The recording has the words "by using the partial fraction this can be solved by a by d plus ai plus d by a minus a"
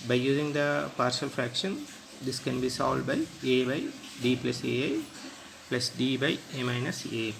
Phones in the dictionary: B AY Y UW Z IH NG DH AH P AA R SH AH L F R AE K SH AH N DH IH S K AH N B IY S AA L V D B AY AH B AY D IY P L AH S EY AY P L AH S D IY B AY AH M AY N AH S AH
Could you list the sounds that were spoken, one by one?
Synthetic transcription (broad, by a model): B AY Y UW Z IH NG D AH P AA R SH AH L F R AE K SH AH N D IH S K AH N B IY S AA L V D B AY AH B AY D IY P L AH S EY AY P L AH S D IY B AY AH M AY N AH S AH